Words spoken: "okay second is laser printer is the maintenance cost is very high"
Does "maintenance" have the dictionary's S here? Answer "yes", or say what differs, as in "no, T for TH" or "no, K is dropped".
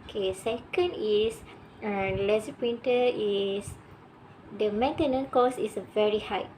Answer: no, S is dropped